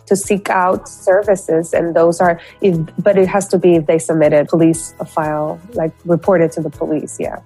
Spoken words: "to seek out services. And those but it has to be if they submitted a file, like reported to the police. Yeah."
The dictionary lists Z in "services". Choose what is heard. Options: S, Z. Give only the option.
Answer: Z